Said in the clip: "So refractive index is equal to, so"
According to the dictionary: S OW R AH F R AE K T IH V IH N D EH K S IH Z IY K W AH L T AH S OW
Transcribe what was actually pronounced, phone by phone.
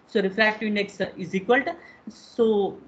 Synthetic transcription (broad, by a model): S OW R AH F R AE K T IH IH N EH K S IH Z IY K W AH L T S OW